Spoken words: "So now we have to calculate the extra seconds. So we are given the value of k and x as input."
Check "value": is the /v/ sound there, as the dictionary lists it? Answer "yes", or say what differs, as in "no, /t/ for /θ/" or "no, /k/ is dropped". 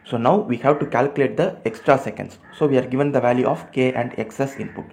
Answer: yes